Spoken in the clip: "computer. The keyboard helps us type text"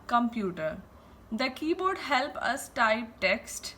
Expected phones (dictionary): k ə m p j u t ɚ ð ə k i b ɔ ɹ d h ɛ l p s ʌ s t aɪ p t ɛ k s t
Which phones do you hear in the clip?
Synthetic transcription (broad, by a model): k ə m p j u t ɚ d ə k i b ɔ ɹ d h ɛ l p ʌ s t aɪ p t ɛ k s t